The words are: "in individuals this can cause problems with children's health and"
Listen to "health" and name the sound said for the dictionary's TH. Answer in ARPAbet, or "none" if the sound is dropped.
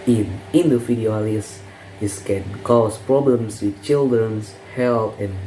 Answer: T